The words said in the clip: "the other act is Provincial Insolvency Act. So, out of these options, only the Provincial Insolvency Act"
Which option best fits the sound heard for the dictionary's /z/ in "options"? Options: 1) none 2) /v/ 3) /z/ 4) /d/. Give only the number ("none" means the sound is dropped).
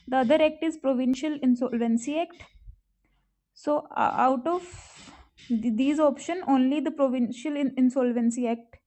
1